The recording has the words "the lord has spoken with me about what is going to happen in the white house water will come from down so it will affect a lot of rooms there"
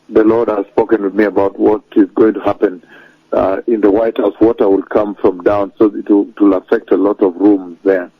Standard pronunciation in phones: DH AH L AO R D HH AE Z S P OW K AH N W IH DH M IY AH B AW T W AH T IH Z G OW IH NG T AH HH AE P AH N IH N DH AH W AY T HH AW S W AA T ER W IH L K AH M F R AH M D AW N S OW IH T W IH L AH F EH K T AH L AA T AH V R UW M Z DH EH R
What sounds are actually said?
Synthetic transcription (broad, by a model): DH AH L AO R D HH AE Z S P OW K AH N W IH DH M IY AH B AW T W AH T IH Z G OW IH NG T AH HH AE P AH N IH N DH AH W AY T HH AW S W AA T ER W IH L K AH M F R AH M D AW N S OW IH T W IH L AH F EH K T AH L AA T AH V R UW M Z DH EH R